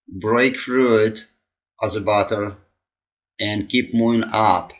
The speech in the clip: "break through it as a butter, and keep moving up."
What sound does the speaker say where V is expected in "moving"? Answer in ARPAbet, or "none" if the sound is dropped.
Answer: none